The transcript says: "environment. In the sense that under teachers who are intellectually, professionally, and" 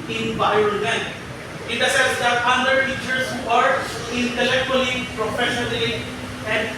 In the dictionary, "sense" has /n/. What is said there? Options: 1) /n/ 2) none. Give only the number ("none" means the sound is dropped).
2